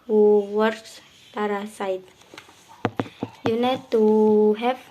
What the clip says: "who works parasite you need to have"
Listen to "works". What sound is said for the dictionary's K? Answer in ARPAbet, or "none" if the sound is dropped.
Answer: none